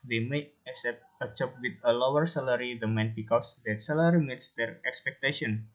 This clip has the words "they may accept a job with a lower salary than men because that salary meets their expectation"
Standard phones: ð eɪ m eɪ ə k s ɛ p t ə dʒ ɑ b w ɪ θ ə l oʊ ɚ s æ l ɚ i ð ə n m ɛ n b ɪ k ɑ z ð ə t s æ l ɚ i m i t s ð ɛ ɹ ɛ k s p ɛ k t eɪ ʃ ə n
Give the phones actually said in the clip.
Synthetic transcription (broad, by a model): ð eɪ m eɪ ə s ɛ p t ə tʃ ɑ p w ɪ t ə l oʊ ɚ s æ l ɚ i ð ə m ɛ n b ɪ k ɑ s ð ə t s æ l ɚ i m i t s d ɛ ɹ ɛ k s p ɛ k t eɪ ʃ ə n